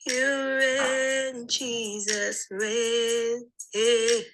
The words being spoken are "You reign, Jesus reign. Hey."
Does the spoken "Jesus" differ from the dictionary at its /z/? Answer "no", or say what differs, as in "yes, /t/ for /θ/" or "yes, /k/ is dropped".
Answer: no